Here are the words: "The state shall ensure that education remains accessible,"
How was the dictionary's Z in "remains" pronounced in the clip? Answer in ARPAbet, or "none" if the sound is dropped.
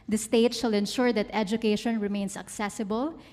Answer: S